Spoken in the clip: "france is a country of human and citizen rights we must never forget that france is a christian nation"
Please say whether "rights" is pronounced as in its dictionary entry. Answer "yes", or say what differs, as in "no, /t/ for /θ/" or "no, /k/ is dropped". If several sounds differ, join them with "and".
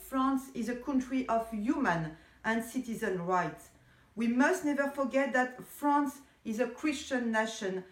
yes